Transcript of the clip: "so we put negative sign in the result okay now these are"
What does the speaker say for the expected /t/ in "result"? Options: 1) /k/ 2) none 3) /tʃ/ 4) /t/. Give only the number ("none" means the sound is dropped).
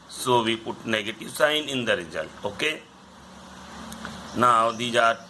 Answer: 2